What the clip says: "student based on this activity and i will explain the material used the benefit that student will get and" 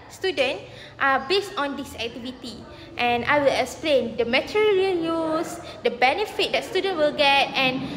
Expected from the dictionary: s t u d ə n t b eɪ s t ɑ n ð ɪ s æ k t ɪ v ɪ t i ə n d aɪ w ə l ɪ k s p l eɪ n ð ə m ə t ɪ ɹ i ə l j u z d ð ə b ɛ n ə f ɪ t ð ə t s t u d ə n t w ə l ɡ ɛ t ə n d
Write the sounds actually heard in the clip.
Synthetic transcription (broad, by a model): s t u d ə n t b eɪ s t ɑ n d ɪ s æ k t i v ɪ t i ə n aɪ w ə l ɪ k s p l eɪ n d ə m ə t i ɹ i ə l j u s d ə b ɛ n ə f ɪ t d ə t s t u d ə n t w ə l ɡ ɛ t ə n